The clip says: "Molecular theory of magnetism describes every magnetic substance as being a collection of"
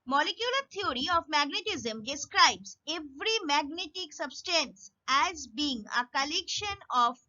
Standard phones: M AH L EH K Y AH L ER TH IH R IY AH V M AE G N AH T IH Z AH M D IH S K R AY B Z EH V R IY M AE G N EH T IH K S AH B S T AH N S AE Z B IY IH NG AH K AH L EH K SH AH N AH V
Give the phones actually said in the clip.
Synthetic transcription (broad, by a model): M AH L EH K Y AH L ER T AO R IY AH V M AE G N AH T IH Z AH M D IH S K R AY B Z EH V R IY M AE G N EH T IH K S AH B S T AH N S AE Z B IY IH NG AH K AH L EH K SH AH N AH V